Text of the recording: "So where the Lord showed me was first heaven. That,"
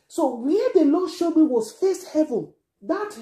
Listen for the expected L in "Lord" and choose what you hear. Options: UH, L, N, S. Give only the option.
N